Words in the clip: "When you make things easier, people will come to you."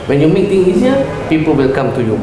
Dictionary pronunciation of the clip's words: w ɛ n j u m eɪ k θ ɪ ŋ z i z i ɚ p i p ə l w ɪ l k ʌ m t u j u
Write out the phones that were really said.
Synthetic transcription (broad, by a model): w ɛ n j u m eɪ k t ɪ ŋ i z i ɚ p i p ə l w ɪ l k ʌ m t u j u